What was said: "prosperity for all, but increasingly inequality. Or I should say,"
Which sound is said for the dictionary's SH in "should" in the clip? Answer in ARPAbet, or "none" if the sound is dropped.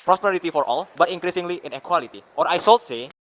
S